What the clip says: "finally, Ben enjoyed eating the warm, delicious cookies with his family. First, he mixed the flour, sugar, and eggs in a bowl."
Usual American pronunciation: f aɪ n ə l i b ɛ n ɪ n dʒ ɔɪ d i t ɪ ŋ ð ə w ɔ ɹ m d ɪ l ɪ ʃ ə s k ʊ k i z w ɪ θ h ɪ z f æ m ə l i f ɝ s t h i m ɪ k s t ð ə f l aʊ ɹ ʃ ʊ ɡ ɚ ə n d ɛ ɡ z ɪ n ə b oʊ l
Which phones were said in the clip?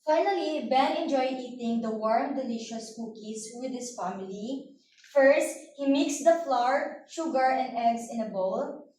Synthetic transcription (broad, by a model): f aɪ n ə l i b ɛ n ɪ n dʒ ɔɪ d i t ɪ ŋ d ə w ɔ ɹ m d ɪ l ɪ ʃ ə s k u k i s w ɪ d h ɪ s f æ m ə l i f ɝ s t h i m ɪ k s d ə f l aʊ ɹ ʃ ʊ ɡ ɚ ə n d ɛ ɡ s ɪ n ə b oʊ l